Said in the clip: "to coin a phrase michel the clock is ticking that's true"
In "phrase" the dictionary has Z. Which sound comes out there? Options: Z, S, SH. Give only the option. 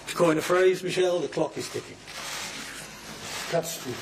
Z